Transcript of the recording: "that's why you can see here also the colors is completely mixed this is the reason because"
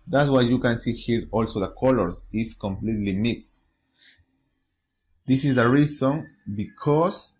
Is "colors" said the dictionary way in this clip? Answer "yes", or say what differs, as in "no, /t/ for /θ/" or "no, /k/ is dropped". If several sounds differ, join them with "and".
no, /s/ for /z/